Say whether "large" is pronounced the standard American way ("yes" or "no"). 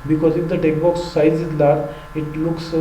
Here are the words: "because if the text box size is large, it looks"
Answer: no